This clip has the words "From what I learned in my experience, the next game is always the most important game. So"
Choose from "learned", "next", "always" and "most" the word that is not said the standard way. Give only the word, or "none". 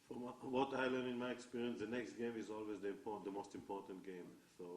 learned